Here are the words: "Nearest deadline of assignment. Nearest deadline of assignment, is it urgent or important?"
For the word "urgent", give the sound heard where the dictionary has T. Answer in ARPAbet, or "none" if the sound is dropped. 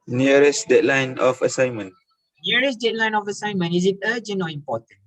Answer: none